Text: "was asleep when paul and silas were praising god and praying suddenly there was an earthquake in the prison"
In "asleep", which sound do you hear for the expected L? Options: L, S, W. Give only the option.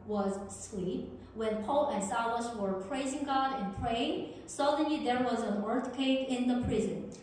W